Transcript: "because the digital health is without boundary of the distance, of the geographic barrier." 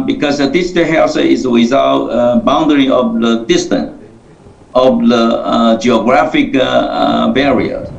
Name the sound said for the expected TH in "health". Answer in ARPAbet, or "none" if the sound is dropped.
S